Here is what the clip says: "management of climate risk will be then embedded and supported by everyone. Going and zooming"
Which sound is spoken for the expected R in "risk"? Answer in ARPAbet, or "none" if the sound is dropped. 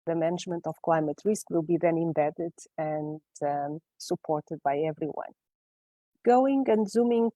R